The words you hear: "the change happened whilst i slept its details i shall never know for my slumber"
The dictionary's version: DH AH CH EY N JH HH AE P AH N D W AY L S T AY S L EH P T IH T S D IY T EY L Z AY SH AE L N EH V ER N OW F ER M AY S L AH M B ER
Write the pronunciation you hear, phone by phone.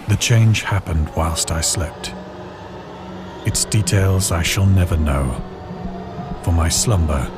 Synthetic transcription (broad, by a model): DH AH CH EY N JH HH AE P AH N D W AY L S T AY S L EH P T IH T S D IY T EY L Z AY SH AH L N EH V ER N OW F ER M AY S L AH M B ER